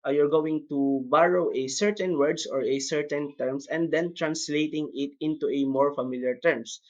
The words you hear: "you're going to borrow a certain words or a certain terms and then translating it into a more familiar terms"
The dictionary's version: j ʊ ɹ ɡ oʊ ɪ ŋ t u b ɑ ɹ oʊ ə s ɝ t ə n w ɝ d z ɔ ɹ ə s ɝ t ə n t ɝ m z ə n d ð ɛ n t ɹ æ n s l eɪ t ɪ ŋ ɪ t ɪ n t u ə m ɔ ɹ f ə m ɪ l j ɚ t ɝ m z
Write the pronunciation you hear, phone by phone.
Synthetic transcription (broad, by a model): j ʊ ɹ ɡ oʊ ɪ ŋ t u b ɑ ɹ oʊ ə s ɝ t ə n w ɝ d s ɔ ɹ ə s ɝ t ə n t ɝ m s ə n d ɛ n t ɹ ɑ n s l eɪ t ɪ ŋ ɪ t ɪ n t u ə m ɔ ɹ f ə m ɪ l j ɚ t ɝ m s